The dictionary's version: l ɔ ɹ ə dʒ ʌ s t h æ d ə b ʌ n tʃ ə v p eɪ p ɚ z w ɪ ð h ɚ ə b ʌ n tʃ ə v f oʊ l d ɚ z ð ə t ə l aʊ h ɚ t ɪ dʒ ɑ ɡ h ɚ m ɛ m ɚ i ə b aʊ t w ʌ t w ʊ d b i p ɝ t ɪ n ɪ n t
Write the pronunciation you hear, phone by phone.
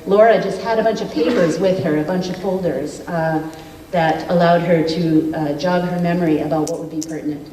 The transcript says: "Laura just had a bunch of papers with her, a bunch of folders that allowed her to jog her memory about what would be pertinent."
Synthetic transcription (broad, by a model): l ɔ ɹ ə dʒ ʌ s t h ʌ d ə b ʌ n tʃ ə v p eɪ p ɚ z w ɪ ð ɚ ə b ʌ n tʃ ə v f oʊ l d ɚ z ð ə t ə l aʊ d ɚ t ɪ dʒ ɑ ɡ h ɚ m ɛ m ɚ i ə b aʊ t w ʌ t w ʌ d b i p ɝ t n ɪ n t